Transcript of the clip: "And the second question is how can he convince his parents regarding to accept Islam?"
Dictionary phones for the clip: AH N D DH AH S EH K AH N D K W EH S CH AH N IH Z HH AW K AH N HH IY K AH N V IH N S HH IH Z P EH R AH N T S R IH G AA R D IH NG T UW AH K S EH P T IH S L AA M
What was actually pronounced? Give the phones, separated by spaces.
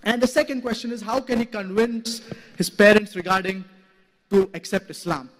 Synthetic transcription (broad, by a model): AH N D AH S EH K AH N D K W EH S CH AH N IH Z HH AW K AH N HH IY K AH N V IH N S HH IH Z P EH R AH N T S R IH G AA R D IH NG T UW AH K S EH P T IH S L AA M